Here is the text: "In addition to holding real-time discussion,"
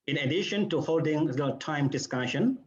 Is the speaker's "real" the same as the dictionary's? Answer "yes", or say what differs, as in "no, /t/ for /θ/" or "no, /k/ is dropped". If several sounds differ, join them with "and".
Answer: no, /l/ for /ɹ/